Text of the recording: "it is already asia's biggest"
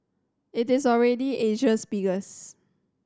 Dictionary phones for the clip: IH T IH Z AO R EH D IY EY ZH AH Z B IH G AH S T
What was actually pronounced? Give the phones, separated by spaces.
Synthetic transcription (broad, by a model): IH T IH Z AO R EH D IY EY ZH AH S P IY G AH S